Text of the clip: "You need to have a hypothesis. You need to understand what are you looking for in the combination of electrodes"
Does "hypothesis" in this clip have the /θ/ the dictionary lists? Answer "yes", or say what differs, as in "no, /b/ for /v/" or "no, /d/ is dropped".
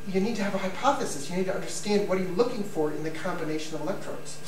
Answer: yes